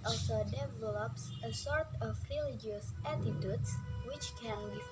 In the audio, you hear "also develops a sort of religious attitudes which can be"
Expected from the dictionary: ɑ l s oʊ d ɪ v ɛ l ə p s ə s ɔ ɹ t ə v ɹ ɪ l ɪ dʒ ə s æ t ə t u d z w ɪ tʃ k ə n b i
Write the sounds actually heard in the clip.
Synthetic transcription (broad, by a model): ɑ l s oʊ d ɪ v ɛ l ə p s ə s ɔ ɹ t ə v ɹ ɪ l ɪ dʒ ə s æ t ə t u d s w ɪ tʃ k ə n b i